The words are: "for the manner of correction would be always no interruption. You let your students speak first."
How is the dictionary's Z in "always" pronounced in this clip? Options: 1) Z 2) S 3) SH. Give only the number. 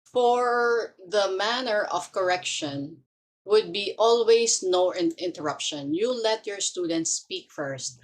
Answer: 2